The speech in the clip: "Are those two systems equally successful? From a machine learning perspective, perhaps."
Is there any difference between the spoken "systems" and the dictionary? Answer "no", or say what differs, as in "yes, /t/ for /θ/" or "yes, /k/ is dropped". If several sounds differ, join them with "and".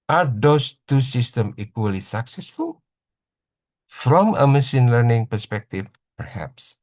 yes, /z/ is dropped